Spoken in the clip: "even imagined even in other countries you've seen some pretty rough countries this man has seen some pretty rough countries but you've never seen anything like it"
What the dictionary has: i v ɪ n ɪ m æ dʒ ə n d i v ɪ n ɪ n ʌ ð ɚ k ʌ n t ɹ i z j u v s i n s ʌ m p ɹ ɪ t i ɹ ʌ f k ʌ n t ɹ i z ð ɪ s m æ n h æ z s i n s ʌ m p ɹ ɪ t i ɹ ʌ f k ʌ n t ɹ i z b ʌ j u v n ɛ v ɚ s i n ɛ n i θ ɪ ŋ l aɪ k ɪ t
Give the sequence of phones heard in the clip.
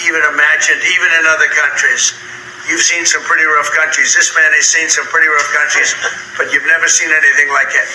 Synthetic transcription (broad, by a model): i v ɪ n ɪ m æ dʒ ə n d i v ɪ n ɪ n ʌ ð ɚ k ʌ n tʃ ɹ i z j u v s i n s ʌ m p ɹ ɪ t i ɹ ʌ f k ʌ n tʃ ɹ i z ð ɪ s m æ n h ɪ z s i n s ʌ m p ɹ ɪ t i ɹ ʌ f k ʌ n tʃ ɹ i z b ʌ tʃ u v n ɛ v ɚ s i n ɛ n i θ ɪ ŋ l aɪ k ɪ t